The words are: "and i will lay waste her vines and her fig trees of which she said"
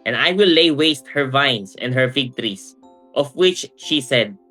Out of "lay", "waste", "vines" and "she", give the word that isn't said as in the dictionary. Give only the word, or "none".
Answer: vines